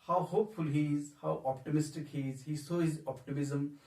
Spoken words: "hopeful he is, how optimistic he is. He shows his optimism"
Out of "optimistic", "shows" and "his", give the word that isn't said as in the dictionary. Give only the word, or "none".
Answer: shows